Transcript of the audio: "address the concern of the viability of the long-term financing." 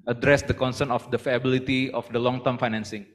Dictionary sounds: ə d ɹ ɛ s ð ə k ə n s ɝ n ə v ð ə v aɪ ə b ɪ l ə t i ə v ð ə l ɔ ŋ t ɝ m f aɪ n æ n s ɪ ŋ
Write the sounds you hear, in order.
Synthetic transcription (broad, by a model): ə d ɹ ɛ s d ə k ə n s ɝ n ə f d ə f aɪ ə b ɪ l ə t i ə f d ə l ɔ ŋ t ɝ m f aɪ n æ n s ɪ ŋ